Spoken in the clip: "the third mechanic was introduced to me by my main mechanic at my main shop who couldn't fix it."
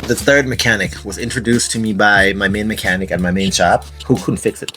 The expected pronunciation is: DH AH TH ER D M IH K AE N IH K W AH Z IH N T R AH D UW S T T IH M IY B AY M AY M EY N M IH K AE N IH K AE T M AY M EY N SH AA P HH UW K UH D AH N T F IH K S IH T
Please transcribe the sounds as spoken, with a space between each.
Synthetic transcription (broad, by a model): DH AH TH ER D M IH K AE N IH K W AH Z IH N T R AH D UW S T T IH M IY B AY M AY M EY N M IH K AE N IH K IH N M AY M EY N SH AA P HH UW K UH D N T F IH K S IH T